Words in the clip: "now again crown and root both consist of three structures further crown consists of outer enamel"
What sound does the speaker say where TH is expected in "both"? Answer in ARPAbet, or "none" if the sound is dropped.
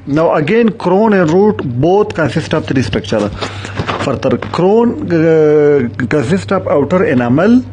T